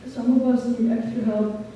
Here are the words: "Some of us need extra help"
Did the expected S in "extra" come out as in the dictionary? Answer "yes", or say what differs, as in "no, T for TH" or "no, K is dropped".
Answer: no, S is dropped